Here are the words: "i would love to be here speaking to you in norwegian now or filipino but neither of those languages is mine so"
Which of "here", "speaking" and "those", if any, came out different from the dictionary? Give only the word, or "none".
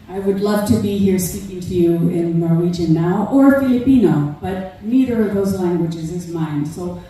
none